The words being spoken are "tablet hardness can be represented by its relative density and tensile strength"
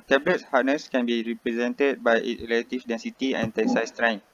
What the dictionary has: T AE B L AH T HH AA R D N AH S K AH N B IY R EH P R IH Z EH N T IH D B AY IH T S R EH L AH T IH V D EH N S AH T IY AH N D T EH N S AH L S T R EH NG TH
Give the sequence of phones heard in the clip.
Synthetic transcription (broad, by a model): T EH B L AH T HH AA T N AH S K AH N B IY R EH P R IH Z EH N T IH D B AY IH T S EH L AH T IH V D EH N S AH T IY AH N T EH S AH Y S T R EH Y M